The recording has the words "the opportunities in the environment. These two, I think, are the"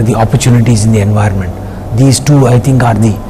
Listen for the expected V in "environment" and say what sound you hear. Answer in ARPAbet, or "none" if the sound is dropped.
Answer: V